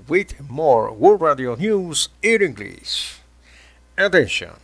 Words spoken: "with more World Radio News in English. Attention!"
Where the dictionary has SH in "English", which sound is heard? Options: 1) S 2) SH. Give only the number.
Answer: 1